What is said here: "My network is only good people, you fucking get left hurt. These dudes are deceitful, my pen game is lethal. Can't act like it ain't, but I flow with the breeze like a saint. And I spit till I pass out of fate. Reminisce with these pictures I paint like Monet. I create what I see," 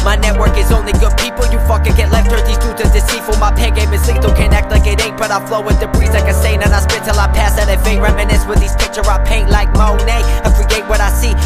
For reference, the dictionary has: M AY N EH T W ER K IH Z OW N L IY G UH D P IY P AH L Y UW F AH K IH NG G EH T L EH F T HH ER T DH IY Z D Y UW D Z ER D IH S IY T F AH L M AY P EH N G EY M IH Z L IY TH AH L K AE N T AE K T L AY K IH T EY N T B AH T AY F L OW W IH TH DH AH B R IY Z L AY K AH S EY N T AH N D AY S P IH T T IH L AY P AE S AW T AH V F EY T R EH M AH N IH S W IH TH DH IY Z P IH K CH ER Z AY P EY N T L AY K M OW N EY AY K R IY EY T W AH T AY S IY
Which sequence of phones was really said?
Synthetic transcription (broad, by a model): M AY N EH T W ER K IH Z OW N L IY G UH D P IY P L Y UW F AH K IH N G EH T L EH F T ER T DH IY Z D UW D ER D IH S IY F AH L M AY P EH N G EY M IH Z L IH T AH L K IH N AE K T L AY K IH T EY T B AH T AY F L OW W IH DH AH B R IY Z L AY K AH S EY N AH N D AY S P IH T T IH L AY P AE S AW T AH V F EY R EH M AH N IH S W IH DH IY Z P IH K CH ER AY P EY N T L AY K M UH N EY AY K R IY EY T W AH T AY S IY